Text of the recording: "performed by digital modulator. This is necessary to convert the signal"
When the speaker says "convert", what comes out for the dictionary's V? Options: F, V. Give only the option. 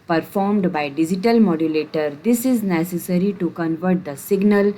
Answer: V